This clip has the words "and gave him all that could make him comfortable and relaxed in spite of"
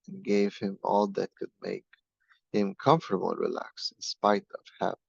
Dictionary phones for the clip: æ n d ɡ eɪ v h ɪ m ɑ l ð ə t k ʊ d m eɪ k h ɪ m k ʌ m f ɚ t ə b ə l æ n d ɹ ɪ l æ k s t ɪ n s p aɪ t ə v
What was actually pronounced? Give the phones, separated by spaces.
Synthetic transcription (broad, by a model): n ɡ eɪ v h ɪ m ɑ l ð ə t k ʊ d m eɪ k h ɪ m k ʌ m f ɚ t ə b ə l ɹ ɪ l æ k s ɪ n s p aɪ t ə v